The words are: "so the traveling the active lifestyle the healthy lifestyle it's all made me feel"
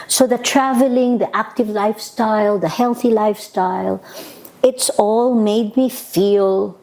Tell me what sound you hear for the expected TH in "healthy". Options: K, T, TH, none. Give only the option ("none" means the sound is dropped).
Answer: TH